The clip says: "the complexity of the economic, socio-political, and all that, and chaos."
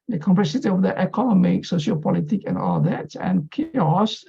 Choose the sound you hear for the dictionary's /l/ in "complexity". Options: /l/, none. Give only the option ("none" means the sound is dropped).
none